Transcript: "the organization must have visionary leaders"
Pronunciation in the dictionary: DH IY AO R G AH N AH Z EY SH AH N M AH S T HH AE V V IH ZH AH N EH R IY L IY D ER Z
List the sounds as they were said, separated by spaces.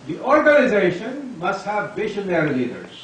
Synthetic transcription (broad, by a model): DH IY AO R G AH N AH Z EY SH AH N M AH S T HH AE V B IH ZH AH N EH R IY L IY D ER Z